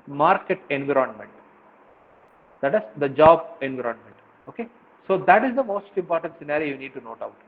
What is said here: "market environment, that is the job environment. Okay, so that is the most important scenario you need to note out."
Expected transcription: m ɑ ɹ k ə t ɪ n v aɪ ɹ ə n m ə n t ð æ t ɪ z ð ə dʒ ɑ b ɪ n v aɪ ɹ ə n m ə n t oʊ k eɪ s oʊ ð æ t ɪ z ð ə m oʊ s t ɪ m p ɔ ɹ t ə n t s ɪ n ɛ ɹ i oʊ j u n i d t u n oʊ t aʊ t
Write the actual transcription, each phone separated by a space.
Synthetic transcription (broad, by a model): m ɑ ɹ k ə t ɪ n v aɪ ɹ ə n m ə n t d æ t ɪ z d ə dʒ ɑ b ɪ n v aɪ ɹ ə n m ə n t oʊ k eɪ s oʊ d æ t ɪ z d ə m oʊ s t ɪ m p ɔ ɹ t ə n t s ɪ n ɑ ɹ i j u n i d t u n oʊ t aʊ t